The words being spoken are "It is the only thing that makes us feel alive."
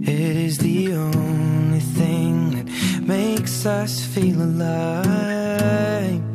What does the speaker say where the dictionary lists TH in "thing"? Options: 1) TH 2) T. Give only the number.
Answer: 1